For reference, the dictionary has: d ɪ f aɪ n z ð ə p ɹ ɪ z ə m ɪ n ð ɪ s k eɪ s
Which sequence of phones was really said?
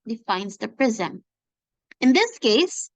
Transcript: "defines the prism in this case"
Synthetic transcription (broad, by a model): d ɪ f aɪ n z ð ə p ɹ ɪ z ə m ɪ n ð ɪ s k eɪ s